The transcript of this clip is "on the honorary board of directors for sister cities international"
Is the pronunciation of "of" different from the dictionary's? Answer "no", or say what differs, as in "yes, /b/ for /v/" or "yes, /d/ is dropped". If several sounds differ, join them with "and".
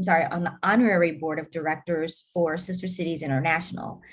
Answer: no